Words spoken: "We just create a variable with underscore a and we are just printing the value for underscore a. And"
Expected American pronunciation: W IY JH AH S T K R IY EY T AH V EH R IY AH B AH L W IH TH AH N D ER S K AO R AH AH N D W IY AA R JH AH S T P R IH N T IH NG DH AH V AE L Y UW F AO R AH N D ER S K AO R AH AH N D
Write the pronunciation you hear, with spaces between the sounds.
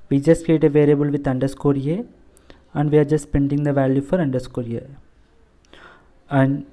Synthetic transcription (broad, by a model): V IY JH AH S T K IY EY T AH V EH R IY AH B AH L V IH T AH N D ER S K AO R AH AH N D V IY AA R JH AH S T P EH N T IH NG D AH V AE L Y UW F AO R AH N D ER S K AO R AH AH N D